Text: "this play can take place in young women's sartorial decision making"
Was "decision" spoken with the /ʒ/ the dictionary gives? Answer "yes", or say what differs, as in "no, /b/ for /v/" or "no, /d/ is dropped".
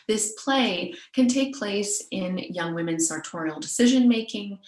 yes